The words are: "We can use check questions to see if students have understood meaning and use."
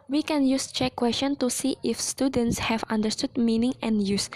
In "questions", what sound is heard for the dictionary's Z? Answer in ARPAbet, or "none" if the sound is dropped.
none